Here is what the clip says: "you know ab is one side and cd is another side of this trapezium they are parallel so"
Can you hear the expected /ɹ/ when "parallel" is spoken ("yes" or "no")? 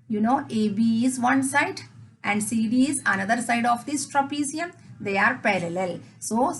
yes